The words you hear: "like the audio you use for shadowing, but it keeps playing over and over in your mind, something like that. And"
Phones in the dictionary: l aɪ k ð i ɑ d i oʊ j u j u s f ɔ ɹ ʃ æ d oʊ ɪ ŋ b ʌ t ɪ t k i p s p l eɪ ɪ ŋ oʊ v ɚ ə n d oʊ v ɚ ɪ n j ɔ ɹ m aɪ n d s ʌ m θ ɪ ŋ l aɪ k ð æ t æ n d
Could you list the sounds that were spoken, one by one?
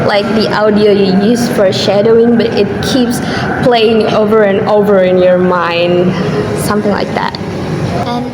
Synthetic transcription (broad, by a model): l aɪ k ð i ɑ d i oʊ j u j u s f ɔ ɹ ʃ æ d oʊ ɪ ŋ b ʌ t ɪ t k i p s p l eɪ ɪ ŋ oʊ v ɚ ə n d oʊ v ɚ ɪ n j ɔ ɹ m aɪ n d s ʌ m θ ɪ ŋ l aɪ k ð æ t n